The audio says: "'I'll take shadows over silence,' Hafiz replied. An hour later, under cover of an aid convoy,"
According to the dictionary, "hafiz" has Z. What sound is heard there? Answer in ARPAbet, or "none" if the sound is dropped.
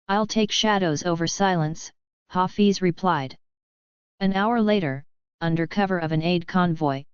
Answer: Z